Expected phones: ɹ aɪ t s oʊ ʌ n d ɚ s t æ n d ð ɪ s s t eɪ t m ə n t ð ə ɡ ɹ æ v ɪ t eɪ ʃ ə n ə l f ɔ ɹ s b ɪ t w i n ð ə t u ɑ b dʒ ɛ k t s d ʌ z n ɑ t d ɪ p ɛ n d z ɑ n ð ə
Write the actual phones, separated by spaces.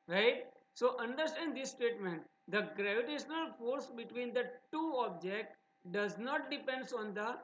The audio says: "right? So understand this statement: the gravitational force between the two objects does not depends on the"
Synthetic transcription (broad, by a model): ɹ aɪ t s oʊ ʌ n d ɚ s t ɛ n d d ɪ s s t eɪ t m ə n t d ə ɡ ɹ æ v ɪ t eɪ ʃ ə n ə l f ɔ ɹ s b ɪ t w i n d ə t u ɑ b dʒ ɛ k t d ʌ z n ɑ t d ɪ p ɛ n d s ɑ n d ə